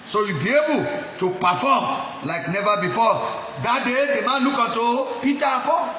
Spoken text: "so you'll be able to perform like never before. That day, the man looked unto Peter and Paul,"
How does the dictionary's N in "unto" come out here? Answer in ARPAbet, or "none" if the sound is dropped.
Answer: none